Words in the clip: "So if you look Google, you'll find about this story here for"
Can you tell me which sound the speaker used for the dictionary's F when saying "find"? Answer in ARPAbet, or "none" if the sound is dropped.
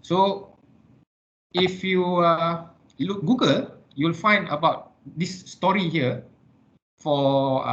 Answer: F